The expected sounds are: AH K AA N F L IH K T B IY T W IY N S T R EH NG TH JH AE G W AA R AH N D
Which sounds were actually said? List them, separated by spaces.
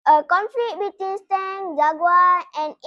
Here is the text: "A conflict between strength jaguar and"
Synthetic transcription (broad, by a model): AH K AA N F L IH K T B IY T W IY N S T EH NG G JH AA G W AA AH N